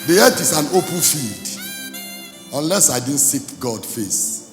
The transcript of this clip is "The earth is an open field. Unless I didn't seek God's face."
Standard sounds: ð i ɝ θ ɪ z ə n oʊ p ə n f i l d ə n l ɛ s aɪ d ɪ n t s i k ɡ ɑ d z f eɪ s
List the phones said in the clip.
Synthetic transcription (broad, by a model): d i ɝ t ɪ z ə n oʊ p ə n f i l d ə n l ɛ s aɪ d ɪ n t s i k ɡ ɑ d f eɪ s